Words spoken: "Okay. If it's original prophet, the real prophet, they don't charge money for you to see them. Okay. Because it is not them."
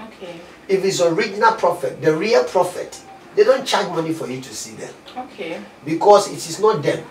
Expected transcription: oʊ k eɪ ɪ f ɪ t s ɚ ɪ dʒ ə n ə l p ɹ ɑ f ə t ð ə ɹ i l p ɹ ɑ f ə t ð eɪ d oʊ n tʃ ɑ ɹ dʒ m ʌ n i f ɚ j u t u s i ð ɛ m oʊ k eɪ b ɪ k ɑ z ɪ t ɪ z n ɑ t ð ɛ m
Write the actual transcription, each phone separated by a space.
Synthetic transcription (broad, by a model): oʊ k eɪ ɪ f ɪ t s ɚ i dʒ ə n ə l p ɹ ɑ f ə t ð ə ɹ i l p ɹ ɑ f ə t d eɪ d oʊ n tʃ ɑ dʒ m ʌ n i f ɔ j u t u s i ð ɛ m oʊ k eɪ b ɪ k ɑ s ɪ t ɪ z n ɑ t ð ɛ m